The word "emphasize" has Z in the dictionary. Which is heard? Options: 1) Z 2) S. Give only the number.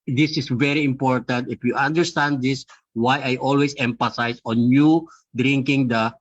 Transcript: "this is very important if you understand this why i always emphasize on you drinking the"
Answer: 2